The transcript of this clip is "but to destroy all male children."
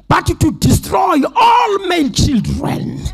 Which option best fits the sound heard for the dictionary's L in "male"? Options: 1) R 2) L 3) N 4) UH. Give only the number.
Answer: 3